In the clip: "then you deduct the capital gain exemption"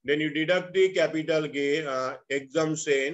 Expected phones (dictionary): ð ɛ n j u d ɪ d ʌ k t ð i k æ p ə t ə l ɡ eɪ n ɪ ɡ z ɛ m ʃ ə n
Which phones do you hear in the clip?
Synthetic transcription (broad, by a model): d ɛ n j u d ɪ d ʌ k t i k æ p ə t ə l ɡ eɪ ɪ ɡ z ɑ m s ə n